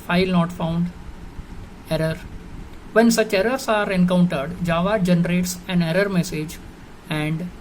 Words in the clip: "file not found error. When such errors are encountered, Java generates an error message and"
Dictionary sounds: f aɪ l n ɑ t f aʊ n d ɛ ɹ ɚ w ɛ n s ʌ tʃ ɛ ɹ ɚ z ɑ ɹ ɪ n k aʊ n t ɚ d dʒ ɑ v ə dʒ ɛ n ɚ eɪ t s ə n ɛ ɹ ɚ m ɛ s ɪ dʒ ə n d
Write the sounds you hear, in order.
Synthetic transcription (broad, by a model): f aɪ l n ɑ t f aʊ n d ɛ ɹ ɚ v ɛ n s ʌ tʃ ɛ ɹ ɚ s ɑ ɹ ɪ n k aʊ n t ɚ d dʒ ɑ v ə dʒ ɛ n ɚ eɪ t s ə n ɛ ɹ ɚ m ɛ s ɪ dʒ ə n d